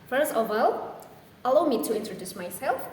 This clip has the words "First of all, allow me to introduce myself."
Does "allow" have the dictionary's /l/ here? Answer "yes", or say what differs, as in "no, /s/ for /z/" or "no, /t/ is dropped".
yes